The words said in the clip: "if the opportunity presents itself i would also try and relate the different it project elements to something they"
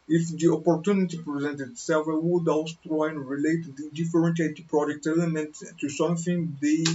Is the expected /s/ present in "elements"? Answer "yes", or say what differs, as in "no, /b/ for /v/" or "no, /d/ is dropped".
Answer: no, /s/ is dropped